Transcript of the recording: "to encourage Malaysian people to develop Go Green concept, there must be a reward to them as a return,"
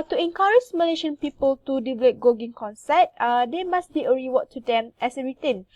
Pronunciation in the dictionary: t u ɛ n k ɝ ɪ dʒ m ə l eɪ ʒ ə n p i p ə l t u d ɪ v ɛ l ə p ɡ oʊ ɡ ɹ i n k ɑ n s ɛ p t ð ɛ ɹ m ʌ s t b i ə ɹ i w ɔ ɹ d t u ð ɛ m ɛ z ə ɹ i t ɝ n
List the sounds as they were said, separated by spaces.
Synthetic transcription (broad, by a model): t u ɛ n k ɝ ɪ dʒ m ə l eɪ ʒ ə n p i p ə l t u d ɪ v ɛ l ə p ɡ oʊ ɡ i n k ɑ n s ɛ t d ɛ m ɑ s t b i ə ɹ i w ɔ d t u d ɛ m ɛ s ə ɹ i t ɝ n